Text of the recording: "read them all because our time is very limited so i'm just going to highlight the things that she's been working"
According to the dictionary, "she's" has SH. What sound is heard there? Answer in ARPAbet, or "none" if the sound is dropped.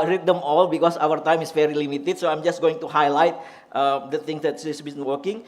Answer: S